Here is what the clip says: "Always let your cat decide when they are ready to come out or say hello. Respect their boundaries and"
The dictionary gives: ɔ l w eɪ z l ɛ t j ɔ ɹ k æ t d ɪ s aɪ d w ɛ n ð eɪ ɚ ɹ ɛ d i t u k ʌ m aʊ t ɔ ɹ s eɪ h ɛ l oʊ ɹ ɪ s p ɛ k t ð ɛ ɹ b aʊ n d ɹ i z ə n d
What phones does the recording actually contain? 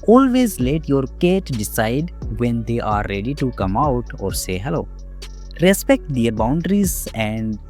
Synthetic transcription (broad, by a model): ɔ l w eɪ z l ɛ t j ɔ ɹ k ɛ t d ɪ s aɪ d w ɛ n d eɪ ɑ ɹ ɛ d i t u k ʌ m aʊ t ɔ ɹ s eɪ h ɛ l oʊ ɹ ɪ s p ɛ k t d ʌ ɹ b aʊ n d ɹ i z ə n d